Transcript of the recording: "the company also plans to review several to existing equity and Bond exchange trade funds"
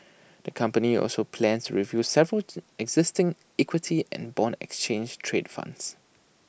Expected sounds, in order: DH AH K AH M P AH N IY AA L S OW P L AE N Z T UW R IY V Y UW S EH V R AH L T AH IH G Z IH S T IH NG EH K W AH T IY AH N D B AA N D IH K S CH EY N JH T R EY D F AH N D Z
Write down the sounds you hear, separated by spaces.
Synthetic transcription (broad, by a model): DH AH K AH M P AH N IY AA L S OW P L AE N S T UW R IY V Y UW S EH V R AH L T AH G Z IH S T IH NG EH K W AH T IY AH N B AA N IH K S CH EY N JH T R EY D F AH N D S